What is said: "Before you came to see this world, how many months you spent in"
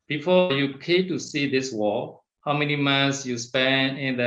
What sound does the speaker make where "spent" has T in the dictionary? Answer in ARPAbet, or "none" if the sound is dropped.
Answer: none